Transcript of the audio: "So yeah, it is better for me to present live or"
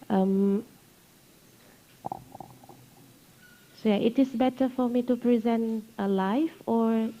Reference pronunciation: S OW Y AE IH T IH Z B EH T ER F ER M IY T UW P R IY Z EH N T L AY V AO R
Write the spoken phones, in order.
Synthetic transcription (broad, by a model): S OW Y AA IH T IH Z B EH T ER F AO M IY T UW P R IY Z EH N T L AY F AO R